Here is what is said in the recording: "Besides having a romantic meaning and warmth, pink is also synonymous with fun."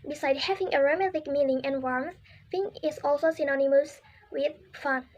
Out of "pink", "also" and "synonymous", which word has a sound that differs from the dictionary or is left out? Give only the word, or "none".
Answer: pink